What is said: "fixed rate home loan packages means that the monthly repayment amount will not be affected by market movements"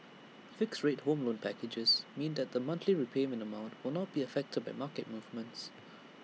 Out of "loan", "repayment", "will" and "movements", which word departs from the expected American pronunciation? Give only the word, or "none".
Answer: repayment